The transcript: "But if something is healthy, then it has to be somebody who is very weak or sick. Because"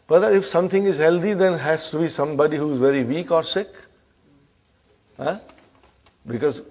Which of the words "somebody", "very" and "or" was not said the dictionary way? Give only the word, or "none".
none